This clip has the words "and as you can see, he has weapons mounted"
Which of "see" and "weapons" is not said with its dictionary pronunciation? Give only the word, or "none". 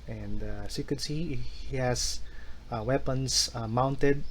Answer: weapons